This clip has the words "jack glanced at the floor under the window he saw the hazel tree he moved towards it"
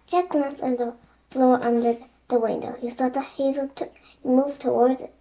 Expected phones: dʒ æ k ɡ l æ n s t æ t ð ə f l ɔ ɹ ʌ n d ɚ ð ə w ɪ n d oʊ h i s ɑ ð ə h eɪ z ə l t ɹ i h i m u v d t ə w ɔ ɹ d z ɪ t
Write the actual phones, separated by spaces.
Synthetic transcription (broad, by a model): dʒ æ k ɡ l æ n s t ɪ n ð ə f l ɔ ɹ ʌ n d ɚ ð ə w ɪ n d oʊ h i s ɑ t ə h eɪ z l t h i m u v t ə w ɔ ɹ d z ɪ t